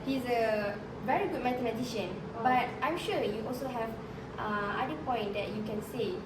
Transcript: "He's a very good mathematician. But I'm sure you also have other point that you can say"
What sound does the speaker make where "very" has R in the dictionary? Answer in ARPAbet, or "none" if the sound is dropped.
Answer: R